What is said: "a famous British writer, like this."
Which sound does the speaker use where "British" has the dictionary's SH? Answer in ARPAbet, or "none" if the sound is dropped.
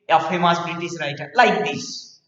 S